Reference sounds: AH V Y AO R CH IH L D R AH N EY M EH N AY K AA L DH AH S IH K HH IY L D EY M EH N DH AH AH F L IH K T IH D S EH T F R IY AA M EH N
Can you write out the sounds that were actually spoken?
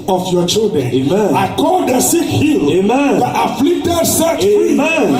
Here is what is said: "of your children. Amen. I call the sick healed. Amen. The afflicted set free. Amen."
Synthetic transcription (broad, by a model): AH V Y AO CH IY L D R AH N EY M EH N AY K AA L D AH S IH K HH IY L EY M EH N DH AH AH F L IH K T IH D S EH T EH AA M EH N